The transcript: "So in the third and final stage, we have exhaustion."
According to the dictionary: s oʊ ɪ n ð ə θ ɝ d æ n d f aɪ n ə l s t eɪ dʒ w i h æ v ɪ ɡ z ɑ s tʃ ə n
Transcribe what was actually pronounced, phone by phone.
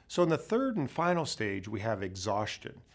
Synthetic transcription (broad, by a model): s oʊ ɪ n ð ə θ ɝ d n f aɪ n l s t eɪ dʒ w i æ v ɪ ɡ z ɑ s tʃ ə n